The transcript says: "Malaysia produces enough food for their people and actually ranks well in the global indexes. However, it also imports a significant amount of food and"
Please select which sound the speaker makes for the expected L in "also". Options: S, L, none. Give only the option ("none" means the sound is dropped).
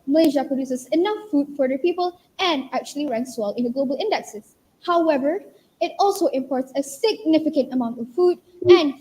L